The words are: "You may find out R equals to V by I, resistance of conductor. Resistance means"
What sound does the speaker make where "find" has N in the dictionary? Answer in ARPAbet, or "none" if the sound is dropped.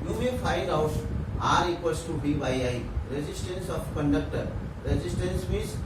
none